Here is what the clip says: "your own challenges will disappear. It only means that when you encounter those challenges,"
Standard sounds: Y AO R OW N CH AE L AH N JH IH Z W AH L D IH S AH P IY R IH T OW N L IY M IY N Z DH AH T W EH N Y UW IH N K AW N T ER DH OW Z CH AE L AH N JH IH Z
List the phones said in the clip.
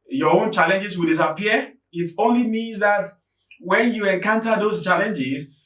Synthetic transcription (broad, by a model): Y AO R OW N CH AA L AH N JH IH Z W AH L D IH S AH P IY IH T OW N L IY M IY N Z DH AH T W EH N Y UW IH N K AW N T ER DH OW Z CH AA L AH N JH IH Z